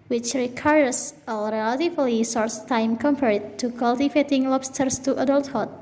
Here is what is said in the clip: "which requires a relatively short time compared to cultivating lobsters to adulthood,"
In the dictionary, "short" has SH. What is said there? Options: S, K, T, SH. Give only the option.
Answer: S